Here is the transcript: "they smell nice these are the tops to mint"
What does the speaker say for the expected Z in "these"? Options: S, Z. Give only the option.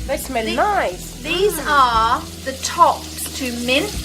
Z